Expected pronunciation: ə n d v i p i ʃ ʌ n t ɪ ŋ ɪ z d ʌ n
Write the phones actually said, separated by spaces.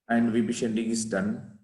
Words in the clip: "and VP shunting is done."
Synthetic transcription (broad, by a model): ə n d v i b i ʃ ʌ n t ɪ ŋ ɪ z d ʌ n